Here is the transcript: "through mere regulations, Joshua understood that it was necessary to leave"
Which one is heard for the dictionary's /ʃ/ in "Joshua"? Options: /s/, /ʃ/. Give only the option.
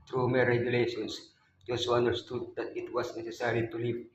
/s/